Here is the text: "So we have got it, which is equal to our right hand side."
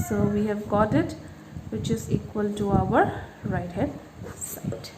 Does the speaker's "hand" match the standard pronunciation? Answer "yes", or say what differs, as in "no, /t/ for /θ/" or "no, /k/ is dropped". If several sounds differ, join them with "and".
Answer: no, /n/ is dropped